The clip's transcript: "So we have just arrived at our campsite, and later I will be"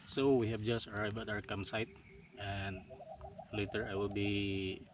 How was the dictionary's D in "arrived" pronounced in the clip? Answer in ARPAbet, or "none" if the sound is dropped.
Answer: none